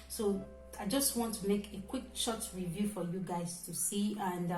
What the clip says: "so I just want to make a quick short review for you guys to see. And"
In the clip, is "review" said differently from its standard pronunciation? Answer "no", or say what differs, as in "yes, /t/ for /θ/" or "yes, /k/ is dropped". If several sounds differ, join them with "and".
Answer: no